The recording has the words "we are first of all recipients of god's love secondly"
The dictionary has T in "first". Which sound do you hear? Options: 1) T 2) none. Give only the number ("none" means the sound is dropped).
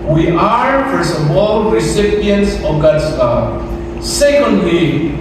2